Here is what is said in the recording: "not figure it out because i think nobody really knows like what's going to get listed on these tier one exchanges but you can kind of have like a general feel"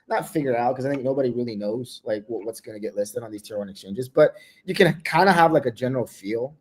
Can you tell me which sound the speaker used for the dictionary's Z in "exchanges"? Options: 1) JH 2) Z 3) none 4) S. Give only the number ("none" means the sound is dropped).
2